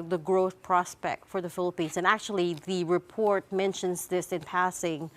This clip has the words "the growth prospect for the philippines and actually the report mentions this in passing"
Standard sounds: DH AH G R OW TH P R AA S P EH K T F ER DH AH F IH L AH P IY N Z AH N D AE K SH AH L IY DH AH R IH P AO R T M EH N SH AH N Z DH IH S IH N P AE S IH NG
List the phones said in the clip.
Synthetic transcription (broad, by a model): DH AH G R OW TH P R AA S P EH K T F ER DH AH F IH L AH P IY N Z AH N AE K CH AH L IY DH AH R IH P AO R T M EH N SH AH N Z DH IH S IH N P AE S IH NG